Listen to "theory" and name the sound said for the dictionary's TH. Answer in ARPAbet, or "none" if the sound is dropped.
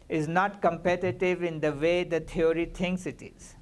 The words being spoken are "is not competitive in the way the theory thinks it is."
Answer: T